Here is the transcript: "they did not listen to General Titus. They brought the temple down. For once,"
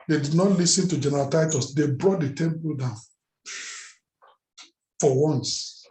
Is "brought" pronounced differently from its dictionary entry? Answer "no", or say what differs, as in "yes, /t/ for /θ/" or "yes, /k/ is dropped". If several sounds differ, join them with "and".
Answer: no